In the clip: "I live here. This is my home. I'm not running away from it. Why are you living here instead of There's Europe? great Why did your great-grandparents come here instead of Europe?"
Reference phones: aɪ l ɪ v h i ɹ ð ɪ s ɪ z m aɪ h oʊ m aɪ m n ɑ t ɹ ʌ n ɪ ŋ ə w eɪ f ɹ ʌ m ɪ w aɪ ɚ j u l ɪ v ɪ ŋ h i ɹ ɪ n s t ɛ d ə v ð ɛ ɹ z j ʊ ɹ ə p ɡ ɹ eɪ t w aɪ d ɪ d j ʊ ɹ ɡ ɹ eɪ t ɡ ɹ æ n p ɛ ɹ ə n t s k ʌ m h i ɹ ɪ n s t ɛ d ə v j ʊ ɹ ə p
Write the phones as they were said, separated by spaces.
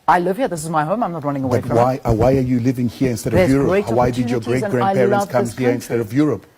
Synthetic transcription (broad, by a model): aɪ l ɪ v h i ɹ ð ɪ s ɪ z m aɪ h oʊ m aɪ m n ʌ t ɹ ʌ n ɪ ŋ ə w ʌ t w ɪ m ɪ w aɪ ɚ j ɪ l ɪ v ɪ ŋ h i ɹ ɪ n s t ɛ d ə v j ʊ ɹ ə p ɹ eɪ w aɪ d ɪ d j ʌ ɹ ɡ ɹ eɪ t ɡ ɹ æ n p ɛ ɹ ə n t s k ʌ m h i ɹ ɪ n s t ɛ d ə v j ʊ ɹ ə p